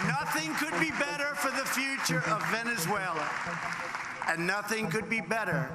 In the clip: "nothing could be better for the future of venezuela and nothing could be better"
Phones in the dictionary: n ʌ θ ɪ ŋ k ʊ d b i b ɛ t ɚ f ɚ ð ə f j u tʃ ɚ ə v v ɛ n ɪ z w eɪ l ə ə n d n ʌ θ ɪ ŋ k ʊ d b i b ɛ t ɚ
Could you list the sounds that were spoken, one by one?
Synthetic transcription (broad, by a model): n ʌ θ ɪ ŋ k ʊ d b i b ɛ t ɚ f ɚ ð ə f j u tʃ ɚ ə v v ɛ n ɪ z w eɪ l ə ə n n ʌ θ ɪ ŋ k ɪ d b i b ɛ t ɚ